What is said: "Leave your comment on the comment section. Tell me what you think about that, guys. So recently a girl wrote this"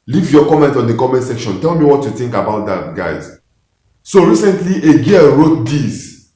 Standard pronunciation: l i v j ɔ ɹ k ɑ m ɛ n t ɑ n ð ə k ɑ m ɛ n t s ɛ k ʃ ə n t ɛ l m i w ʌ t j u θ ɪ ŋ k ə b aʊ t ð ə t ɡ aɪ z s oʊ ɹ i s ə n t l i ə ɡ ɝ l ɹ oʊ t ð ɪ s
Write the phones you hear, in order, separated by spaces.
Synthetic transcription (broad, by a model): l i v j ɔ k ɑ m ɛ n t ɑ n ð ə k ɑ m ɛ n t s ɛ k ʃ ə n t ɛ l m i w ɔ t j u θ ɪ ŋ k ə b aʊ t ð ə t ɡ aɪ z s oʊ ɹ i s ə n t l i ə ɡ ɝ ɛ ɹ oʊ t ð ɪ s